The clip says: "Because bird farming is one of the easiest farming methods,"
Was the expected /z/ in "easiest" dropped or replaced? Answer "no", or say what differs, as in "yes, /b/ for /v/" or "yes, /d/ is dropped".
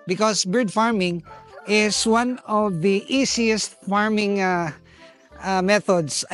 yes, /s/ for /z/